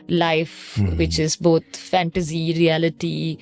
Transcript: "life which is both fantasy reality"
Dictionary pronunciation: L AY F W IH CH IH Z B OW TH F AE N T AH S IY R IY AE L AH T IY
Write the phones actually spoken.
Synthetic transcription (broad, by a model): L AY F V IH CH IH Z B OW T F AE N T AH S IY R IY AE L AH T IY